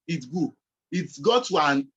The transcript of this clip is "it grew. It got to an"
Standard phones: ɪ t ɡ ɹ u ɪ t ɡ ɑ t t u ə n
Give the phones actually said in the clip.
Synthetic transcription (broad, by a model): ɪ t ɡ u ɪ t ɡ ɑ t t u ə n